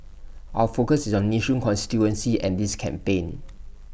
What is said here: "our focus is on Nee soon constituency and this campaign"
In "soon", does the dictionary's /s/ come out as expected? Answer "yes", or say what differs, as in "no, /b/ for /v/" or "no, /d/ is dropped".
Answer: no, /ʃ/ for /s/